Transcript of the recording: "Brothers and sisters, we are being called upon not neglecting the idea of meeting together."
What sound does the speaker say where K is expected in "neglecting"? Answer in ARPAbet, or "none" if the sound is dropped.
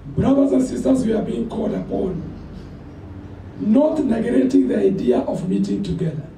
none